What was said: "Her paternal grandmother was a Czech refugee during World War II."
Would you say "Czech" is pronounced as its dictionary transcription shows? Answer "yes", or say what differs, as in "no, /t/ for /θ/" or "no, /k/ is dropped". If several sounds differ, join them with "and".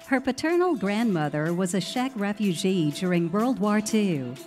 no, /ʃ/ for /tʃ/